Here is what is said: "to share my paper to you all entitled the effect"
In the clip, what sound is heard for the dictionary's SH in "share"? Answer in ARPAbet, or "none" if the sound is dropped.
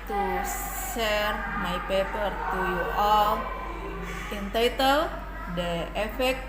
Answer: S